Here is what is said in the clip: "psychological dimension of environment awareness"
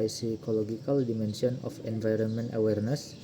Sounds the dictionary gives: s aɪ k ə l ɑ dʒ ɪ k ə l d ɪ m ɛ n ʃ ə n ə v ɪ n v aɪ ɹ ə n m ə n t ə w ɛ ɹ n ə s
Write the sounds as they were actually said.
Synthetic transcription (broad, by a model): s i k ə l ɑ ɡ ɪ k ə l d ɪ m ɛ n s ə n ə f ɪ n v aɪ ɹ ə n m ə n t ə w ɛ ɹ n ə s